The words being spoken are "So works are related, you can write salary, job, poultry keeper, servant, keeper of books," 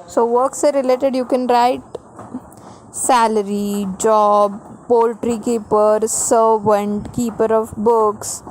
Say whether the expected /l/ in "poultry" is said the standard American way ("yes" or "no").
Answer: yes